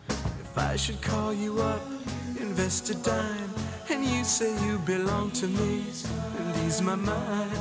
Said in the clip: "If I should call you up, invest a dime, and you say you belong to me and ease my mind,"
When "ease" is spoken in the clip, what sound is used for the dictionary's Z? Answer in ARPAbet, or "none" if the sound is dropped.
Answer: Z